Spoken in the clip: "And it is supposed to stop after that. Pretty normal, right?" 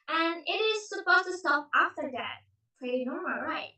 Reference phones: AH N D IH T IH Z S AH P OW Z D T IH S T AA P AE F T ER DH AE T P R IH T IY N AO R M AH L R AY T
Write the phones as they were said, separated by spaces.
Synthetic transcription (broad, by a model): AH N IH T IH Z S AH P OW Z T IH S T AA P AE F T ER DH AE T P L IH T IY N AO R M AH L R AY T